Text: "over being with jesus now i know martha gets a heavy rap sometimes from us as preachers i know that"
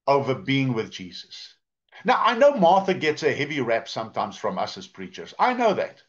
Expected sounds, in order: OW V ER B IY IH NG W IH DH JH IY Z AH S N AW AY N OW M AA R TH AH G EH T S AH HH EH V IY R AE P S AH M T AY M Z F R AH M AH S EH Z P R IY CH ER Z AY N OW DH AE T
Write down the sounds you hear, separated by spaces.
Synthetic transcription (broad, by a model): OW V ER B IY IH NG W IH DH JH IY Z AH S N AW AY N OW M AA R TH AH G EH T S AH HH EH V IY R AE P S AH M T AY M Z F R AH M AH S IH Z P R IY CH ER Z AY N OW DH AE T